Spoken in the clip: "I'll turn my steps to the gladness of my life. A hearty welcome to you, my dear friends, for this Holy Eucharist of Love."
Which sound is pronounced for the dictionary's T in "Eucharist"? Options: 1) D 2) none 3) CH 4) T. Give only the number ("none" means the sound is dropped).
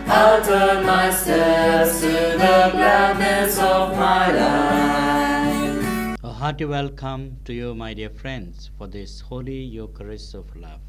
2